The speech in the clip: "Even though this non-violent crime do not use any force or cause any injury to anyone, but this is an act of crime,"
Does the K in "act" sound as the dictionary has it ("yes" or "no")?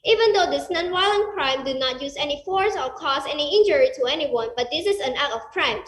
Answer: no